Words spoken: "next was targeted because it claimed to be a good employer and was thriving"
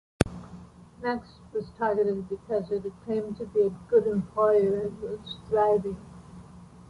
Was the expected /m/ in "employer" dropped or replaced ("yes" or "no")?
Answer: no